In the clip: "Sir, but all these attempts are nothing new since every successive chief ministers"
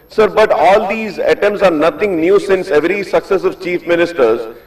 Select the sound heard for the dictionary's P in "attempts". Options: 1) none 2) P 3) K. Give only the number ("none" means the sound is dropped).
1